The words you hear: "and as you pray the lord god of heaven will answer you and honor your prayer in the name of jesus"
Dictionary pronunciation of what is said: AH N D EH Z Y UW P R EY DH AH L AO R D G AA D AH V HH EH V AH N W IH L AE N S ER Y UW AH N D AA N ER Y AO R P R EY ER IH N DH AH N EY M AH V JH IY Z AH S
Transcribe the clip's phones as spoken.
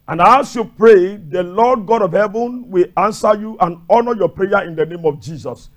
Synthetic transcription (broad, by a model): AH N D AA S Y UW P R EY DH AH L AO D G AA D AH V HH EH V AH N W IH L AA N S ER Y UW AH N AA N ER Y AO P R EY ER IH N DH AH N EY M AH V JH IY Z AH S